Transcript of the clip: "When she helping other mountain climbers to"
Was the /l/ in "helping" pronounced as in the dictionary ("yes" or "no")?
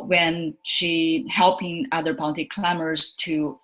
yes